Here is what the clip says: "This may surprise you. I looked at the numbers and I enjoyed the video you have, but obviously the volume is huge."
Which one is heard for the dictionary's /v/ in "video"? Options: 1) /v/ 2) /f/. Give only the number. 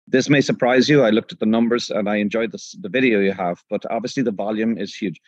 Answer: 1